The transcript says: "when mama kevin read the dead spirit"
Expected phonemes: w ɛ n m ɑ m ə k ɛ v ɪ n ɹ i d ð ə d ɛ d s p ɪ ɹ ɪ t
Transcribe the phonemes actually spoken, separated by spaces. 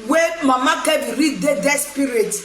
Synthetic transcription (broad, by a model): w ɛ m ɑ m ə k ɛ b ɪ ɹ i d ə d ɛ s p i ɹ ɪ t